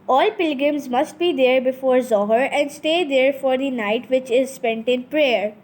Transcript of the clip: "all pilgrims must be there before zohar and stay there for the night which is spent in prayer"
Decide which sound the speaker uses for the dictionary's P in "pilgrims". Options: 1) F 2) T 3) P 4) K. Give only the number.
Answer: 3